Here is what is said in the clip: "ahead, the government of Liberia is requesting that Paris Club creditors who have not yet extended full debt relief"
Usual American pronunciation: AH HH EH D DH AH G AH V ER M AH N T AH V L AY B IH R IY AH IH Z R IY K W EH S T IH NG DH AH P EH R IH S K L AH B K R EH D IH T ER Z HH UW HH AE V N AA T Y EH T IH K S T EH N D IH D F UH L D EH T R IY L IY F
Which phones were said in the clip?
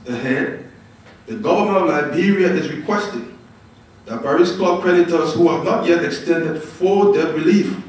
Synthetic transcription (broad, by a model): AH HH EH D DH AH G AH V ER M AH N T AH V L AY B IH R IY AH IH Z R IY K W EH S T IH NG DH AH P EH R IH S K AO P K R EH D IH T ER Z HH UW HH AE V N AA T Y EH T IH K S T EH N D IH D F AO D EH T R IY L IY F